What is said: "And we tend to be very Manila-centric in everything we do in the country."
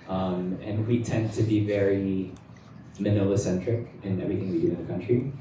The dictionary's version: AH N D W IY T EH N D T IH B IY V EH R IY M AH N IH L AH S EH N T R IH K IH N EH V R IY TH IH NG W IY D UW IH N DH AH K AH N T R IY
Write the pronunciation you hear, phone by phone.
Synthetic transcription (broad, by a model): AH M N W IY T EH N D T IH B IY V EH R IY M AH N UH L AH S EH N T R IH K IH N EH V R IY TH IH NG W IY D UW IH N DH AH K AH N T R IY